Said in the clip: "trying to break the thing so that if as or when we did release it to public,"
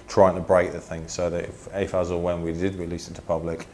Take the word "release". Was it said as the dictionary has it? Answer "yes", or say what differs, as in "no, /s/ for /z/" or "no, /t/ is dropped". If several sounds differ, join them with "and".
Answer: no, /w/ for /ɹ/